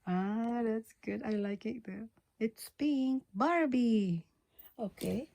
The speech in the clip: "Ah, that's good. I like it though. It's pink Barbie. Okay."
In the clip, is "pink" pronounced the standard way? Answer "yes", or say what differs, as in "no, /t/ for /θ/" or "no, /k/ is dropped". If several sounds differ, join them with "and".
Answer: no, /b/ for /p/